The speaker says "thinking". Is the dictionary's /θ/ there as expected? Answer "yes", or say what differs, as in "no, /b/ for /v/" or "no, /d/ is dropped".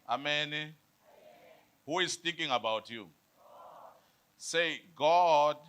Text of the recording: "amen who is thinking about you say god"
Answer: no, /t/ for /θ/